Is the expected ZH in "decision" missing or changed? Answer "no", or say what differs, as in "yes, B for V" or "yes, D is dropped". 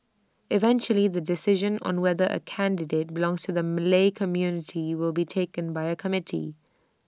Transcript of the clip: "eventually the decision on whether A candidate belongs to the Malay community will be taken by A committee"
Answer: no